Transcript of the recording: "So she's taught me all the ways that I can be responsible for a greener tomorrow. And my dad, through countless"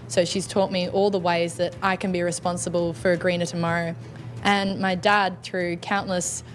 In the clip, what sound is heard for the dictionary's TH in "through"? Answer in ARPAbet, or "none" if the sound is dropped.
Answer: TH